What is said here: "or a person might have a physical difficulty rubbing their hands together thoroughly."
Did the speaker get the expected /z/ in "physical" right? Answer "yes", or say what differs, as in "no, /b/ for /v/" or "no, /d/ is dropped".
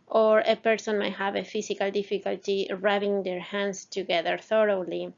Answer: no, /s/ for /z/